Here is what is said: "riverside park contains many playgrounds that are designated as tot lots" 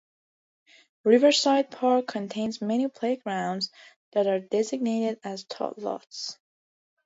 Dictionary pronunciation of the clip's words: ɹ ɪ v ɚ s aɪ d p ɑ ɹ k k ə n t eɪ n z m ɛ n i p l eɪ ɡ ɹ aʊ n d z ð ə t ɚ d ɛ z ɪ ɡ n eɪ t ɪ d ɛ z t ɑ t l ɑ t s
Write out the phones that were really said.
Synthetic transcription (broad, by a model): ɹ ɪ v ɚ s aɪ d p ɑ ɹ k k ə n t eɪ n z m ɛ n i p l eɪ ɡ ɹ aʊ n d z ð ə t ɚ d ɛ z ɪ ɡ n eɪ t ɪ d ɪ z t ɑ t l ɑ t s